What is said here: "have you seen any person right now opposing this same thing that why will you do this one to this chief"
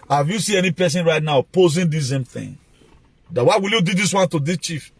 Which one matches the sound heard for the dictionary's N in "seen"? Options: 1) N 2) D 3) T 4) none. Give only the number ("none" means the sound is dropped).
4